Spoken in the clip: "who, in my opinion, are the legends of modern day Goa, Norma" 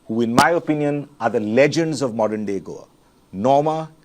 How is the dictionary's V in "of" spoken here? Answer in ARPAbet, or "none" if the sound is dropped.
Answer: V